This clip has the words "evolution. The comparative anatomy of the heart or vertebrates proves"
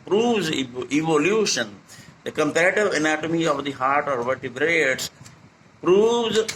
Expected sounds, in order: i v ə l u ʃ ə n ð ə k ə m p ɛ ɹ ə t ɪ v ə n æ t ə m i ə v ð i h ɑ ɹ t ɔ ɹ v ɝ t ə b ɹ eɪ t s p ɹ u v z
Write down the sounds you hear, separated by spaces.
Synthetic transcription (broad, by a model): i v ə l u ʃ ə n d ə k ə m p ɛ ɹ ə t ɪ v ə n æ t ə m i ə v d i h ɑ ɹ t ɔ ɹ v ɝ t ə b ɹ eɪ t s p ɹ u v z